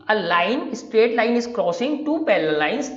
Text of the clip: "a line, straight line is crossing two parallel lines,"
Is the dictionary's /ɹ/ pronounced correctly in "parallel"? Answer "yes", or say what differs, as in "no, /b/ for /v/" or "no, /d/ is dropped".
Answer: no, /l/ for /ɹ/